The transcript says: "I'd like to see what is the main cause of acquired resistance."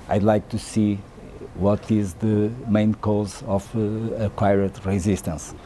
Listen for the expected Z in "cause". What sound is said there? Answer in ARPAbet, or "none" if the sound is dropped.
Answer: Z